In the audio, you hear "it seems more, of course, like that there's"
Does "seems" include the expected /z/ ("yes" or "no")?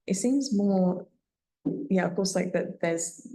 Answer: yes